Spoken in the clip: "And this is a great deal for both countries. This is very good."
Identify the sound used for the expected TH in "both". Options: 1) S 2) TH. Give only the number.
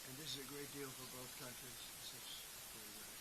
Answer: 2